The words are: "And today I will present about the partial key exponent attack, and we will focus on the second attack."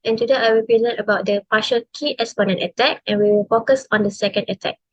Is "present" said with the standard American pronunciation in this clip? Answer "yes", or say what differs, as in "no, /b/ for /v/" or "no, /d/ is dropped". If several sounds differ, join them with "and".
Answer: no, /t/ is dropped